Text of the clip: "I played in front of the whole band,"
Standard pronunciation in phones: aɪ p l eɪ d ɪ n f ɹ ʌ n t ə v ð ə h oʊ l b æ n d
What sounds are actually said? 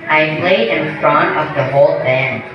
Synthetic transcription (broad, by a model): aɪ p l eɪ d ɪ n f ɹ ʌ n ə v ð ə h oʊ l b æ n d